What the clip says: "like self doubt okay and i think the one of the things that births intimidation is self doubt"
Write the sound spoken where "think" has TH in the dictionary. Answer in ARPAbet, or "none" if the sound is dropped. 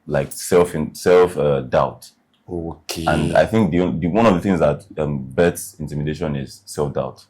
TH